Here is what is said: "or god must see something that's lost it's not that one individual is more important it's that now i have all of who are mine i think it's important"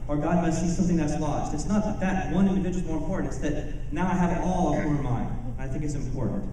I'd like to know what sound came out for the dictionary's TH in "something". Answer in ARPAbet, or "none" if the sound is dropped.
TH